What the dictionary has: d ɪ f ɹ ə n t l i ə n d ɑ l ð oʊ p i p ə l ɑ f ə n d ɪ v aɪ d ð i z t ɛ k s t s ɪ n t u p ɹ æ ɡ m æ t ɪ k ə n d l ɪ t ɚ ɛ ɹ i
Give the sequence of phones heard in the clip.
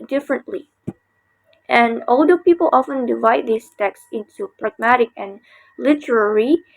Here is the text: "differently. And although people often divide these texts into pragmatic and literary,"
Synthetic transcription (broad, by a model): d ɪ f ɹ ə n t l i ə n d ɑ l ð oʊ p i p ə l ɑ f ə n d ɪ v aɪ d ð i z t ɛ k s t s ɪ n t u p ɹ æ ɡ m æ t ɪ k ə n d l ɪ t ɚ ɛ ɹ i